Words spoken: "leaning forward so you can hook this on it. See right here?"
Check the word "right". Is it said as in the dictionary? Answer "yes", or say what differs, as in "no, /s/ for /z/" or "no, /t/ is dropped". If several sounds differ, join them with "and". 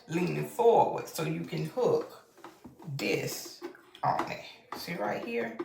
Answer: yes